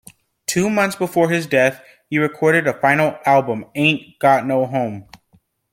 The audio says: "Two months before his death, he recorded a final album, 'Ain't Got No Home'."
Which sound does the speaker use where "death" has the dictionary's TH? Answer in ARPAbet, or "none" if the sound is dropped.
TH